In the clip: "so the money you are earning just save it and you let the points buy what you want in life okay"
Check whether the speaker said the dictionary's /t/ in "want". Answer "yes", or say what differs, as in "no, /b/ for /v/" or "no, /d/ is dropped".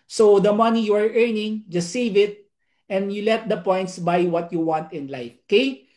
yes